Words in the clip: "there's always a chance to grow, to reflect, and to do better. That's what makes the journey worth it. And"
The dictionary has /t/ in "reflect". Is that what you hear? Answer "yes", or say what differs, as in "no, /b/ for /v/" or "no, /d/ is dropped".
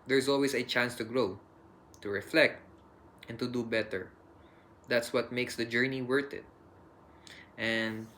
yes